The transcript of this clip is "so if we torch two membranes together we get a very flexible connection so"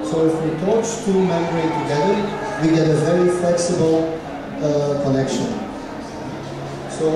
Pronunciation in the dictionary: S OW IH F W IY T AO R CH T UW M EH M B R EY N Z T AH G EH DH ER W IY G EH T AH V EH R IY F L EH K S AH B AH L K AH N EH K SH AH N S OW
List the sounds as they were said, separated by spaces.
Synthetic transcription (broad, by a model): S OW IH F W IY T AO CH T UW M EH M R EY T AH G EH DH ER W IY G EH T AH V EH R IY F L EH K S AH B AH L K AH N EH K SH AH N S OW